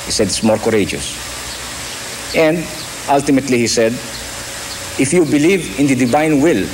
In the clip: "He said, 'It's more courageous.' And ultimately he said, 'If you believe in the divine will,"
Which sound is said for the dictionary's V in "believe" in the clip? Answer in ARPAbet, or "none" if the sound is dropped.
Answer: V